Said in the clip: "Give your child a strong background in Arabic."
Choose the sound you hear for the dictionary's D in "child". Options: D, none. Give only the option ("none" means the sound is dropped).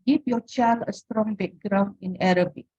none